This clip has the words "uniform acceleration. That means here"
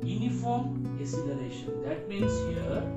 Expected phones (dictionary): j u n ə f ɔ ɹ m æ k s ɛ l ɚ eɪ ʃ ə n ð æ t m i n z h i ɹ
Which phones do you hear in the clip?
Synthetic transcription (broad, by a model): j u n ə f ɔ ɹ m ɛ s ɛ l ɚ eɪ ʃ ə n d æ t m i n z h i ɹ